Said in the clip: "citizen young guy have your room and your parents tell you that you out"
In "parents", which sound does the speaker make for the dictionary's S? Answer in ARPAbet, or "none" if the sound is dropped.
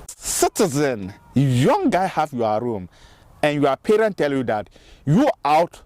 none